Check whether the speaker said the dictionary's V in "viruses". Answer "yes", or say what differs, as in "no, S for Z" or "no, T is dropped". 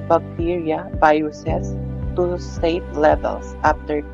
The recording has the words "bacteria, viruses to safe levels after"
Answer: no, B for V